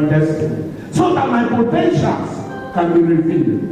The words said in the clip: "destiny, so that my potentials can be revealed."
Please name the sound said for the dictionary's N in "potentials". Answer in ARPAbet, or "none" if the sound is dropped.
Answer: none